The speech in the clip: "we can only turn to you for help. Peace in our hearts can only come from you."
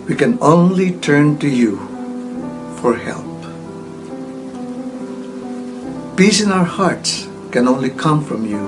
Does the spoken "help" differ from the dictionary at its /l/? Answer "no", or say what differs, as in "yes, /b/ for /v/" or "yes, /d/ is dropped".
no